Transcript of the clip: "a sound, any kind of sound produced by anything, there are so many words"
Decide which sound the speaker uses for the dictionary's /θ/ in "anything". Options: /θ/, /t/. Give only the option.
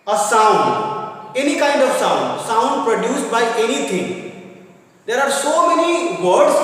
/t/